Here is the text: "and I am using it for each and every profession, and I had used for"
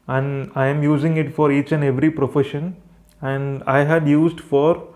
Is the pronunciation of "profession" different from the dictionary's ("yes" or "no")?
no